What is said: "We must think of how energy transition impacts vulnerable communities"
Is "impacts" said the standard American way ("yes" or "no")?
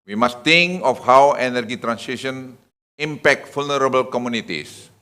no